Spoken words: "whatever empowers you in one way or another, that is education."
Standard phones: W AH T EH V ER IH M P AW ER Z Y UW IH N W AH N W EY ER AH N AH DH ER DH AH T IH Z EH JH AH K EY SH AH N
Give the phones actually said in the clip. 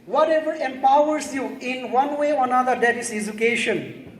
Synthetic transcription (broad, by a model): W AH T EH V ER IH M P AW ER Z Y UW IH N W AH N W EY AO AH N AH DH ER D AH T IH S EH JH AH K EY SH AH N